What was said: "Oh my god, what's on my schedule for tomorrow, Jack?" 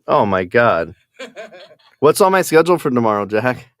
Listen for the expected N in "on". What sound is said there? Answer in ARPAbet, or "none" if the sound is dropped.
L